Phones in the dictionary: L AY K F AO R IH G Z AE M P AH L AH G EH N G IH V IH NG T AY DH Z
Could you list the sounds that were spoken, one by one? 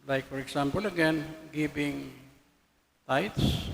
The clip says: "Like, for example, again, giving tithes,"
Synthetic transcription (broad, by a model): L AY K F AO R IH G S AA M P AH L AH G EH N G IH B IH NG T AY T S